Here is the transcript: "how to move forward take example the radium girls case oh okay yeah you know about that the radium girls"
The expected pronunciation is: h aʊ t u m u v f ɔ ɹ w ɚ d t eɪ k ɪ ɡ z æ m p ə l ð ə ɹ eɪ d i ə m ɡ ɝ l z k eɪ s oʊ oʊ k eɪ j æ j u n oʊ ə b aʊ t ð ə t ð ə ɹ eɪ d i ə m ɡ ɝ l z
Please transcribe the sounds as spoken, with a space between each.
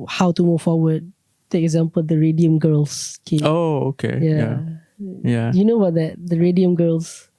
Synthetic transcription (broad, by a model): h aʊ t u m u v f ɔ w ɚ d t eɪ k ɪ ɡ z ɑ m p ə l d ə ɹ eɪ d i ə m ɡ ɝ l s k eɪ oʊ oʊ k eɪ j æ j u n oʊ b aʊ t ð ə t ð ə ɹ eɪ d i ə m ɡ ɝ l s